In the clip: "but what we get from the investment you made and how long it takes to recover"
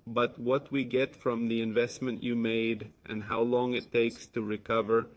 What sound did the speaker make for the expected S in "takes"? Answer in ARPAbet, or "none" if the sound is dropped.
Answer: S